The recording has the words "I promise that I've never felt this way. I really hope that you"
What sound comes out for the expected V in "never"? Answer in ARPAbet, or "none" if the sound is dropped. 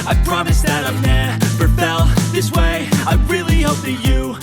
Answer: P